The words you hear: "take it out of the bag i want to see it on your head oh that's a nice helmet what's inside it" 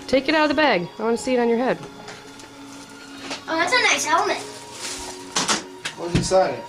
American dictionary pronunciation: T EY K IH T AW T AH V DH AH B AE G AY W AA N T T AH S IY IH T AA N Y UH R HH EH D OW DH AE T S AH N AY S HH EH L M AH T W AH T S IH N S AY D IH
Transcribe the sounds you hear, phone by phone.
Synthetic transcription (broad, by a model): T EY K IH T AW T AH V DH AH B AE G AY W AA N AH S IY IH T N Y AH R HH EH D OW DH AE T S AH N AY S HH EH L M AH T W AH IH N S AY IH